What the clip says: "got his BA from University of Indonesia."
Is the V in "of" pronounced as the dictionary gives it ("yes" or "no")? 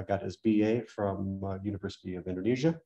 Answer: yes